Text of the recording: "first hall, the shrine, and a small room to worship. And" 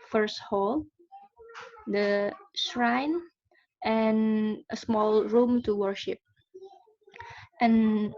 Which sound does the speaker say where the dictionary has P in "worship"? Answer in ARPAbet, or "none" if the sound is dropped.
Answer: P